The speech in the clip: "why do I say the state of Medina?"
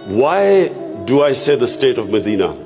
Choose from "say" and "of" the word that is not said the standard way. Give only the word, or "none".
none